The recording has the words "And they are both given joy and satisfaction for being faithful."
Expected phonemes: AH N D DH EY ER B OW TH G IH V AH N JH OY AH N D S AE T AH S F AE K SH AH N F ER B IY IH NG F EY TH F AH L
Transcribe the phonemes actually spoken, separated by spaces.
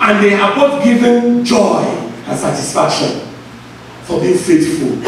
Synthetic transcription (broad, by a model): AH N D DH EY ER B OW T G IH V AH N JH OY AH N S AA T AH S F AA K SH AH N F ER B IY IH NG F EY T F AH L